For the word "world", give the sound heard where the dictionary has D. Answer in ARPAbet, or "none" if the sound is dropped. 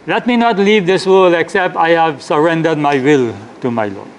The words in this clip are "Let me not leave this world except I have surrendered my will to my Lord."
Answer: none